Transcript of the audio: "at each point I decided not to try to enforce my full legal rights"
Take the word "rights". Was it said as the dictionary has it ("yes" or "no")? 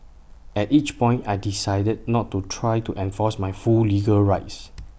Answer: yes